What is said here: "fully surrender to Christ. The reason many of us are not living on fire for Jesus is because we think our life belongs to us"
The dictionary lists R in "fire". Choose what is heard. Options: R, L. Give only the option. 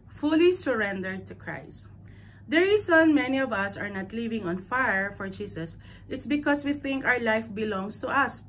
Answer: R